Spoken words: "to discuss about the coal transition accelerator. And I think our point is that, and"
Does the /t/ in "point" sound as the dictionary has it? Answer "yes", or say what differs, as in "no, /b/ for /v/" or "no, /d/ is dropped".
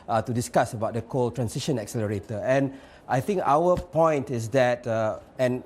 yes